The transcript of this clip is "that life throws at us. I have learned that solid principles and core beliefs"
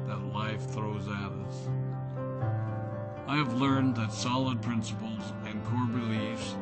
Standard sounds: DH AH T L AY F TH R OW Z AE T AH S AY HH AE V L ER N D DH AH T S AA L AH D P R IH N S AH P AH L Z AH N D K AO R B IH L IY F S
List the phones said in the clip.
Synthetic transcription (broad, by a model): DH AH T L AY F TH R OW Z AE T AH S AY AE V L ER N DH AH T S AA L AH D P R IH N S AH P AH L Z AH N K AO R B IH L IY F S